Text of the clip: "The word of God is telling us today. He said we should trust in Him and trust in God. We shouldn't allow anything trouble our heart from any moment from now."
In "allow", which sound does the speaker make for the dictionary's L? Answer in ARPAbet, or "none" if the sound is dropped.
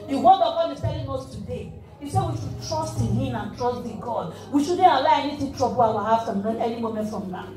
none